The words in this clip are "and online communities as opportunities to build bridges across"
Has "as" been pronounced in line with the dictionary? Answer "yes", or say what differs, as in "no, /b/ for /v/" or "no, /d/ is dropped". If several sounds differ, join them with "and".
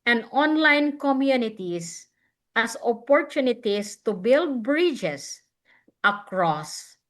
no, /s/ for /z/